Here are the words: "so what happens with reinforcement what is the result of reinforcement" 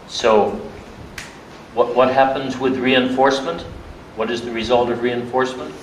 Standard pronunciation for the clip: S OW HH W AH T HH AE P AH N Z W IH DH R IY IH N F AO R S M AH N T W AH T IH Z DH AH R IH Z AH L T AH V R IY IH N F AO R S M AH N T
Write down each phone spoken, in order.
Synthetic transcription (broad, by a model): S OW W W AH T HH AE P AH N Z W IH DH R IY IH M F AO R S M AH N T W AH T IH Z DH AH R IH Z AH L T AH V R IY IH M F AO R S M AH N T